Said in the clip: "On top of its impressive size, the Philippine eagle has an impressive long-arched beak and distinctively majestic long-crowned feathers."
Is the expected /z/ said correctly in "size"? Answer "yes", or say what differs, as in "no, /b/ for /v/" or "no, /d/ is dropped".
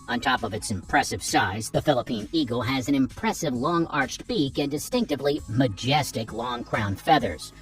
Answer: yes